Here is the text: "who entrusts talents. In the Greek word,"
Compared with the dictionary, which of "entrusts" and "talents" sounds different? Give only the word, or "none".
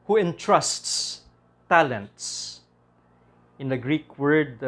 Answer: none